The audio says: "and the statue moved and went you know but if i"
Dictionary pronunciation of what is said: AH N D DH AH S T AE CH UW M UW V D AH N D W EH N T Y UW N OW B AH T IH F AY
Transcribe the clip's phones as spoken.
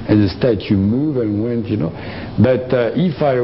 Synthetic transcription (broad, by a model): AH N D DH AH S T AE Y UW M UW V AH N W EH N T Y UW N OW B AH T IH F AY